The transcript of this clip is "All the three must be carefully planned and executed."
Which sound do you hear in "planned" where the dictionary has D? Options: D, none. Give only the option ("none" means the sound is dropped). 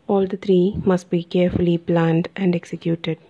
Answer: D